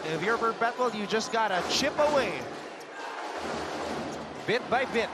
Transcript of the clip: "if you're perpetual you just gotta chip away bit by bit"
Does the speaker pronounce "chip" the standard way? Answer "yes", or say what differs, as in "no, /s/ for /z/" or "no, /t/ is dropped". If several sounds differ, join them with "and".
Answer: yes